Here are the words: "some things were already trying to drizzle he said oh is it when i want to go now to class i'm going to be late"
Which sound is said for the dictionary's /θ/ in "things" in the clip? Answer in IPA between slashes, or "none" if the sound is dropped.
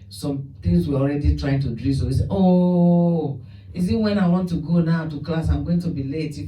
/t/